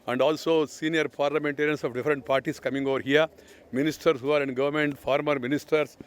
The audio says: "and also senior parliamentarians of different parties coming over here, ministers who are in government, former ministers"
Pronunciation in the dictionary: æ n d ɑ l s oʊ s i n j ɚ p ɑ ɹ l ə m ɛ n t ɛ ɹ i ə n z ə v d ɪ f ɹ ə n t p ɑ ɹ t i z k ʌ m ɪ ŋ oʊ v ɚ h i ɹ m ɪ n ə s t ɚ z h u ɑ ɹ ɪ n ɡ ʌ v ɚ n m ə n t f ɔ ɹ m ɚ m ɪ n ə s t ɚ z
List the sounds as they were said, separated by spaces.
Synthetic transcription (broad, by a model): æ n d ɑ l s oʊ s i n j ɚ p ɑ ɹ l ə m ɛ n t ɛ ɹ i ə n s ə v d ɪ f ɹ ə n t p ɑ ɹ t i s k ʌ m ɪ ŋ oʊ v ɚ h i ɹ m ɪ n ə s t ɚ s h u ɑ ɹ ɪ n ɡ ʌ v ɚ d m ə n t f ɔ ɹ m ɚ m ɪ n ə s t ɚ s